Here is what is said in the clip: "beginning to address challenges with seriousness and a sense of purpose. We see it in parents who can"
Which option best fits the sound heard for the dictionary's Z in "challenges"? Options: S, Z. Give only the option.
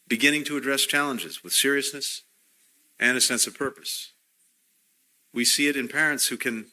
Z